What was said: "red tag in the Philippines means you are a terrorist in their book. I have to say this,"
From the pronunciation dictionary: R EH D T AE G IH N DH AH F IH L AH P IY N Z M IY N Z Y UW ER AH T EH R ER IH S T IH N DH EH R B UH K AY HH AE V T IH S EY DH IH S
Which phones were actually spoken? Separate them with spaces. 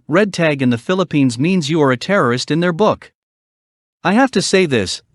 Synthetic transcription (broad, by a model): R EH D T AE G IH N DH AH F IH L AH P IY N Z M IY N Z Y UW ER AH T EH R ER IH S T IH N DH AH R B UH K AY HH AE F T IH S EY DH IH S